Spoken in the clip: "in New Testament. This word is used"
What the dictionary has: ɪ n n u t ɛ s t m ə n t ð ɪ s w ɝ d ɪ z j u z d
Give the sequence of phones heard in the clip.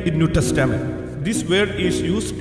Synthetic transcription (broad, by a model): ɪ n n u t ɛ s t ə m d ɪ s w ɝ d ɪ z j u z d